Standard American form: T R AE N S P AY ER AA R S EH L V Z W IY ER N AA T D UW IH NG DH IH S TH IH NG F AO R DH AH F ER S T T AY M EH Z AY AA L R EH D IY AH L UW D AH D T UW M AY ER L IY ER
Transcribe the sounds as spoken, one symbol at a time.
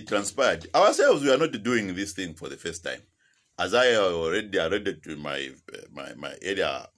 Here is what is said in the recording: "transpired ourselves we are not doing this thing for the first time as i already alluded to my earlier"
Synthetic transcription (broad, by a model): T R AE N S P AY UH AA R S EH L V Z W IY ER N AA T D UW IH NG DH IH S TH IH NG F AO R DH AH F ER S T T AY M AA Z AY AA L R EH D IY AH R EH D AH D T UW M AY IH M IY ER